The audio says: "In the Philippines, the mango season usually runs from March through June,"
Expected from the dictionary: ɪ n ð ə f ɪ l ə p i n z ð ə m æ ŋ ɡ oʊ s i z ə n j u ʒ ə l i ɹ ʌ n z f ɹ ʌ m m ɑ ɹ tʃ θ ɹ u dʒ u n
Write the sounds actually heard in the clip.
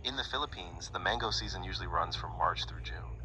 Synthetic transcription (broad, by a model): ɪ n ð ə f ɪ l ə p i n z ð ə m æ ŋ ɡ oʊ s i z ə n j u ʒ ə l i ɹ ʌ n z f ɹ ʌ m m ɑ ɹ tʃ θ ɹ u dʒ u n